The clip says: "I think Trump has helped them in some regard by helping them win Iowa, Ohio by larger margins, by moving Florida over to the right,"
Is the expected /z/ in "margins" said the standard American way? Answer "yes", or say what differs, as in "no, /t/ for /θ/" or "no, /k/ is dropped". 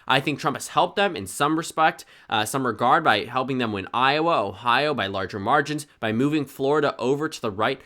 yes